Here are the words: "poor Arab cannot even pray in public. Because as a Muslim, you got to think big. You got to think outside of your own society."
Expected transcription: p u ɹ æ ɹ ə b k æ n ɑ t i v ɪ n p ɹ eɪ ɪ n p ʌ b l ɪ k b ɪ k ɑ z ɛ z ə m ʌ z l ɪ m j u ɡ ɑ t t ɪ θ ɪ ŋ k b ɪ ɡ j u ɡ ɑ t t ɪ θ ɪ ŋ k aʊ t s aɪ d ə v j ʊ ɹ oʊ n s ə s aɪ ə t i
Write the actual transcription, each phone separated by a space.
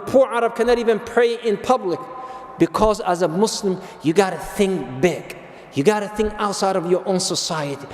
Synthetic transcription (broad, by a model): p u ɹ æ ɹ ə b k æ n ɑ t i v ɪ n p ɹ eɪ ɪ n p ʌ b l ɪ k b ɪ k ɑ z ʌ z ə m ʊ s l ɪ m j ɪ ɡ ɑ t t ɪ θ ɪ ŋ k b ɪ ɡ j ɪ ɡ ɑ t t ɪ θ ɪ ŋ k aʊ t s aɪ d ə v j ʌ ɹ oʊ n s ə s aɪ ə t i